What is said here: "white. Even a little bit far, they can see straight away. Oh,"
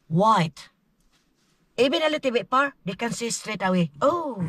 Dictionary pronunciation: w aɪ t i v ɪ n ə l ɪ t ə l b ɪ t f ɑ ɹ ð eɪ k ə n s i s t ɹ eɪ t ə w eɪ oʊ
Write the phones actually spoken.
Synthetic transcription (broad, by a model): w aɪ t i b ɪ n ə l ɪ t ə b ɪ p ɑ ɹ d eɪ k ə n s i s t ɹ eɪ t ə w eɪ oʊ